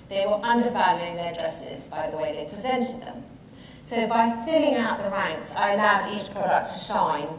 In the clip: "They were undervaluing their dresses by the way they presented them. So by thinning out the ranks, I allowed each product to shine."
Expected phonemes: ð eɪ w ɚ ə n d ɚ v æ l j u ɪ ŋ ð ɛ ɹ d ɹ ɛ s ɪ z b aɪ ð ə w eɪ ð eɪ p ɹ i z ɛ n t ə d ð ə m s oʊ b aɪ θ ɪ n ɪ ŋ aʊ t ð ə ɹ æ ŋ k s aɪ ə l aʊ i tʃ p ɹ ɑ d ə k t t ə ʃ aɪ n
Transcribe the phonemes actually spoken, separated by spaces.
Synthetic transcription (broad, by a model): ð eɪ w ɚ ə n d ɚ v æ l j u ɪ ŋ ð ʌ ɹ d ɹ ɛ s ɪ z b aɪ ð ə w eɪ ð eɪ p ɹ i z ɛ n t ə d ð ə m s oʊ b aɪ f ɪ l ɪ ŋ aʊ t ð ə ɹ æ ŋ k s aɪ ə l aʊ i tʃ p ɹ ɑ d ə k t t ə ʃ aɪ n